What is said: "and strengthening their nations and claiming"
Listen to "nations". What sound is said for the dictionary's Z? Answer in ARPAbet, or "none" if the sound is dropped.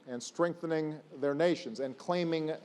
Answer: Z